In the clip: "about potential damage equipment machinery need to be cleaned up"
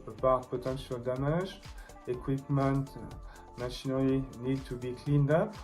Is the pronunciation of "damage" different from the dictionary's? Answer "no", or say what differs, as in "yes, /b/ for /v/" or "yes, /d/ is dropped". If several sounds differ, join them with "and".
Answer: yes, /ʒ/ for /dʒ/